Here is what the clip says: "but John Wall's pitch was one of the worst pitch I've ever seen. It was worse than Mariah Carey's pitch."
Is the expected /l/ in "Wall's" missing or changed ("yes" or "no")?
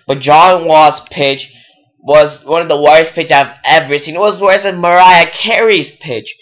yes